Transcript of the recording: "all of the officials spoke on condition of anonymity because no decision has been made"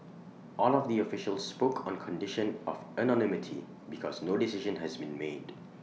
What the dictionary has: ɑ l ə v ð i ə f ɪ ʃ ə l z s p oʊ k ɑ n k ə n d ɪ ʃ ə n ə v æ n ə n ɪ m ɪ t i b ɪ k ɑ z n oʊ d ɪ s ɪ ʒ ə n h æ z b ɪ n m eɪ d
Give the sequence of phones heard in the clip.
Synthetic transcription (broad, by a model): ɑ l ə v ð i ə f ɪ ʃ ə l z s p oʊ k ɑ n k ə n d ɪ ʃ ə n ə v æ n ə n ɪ m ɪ t i b ɪ k ɑ z n oʊ d ɪ s ɪ ʒ ə n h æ z b ɪ n m eɪ d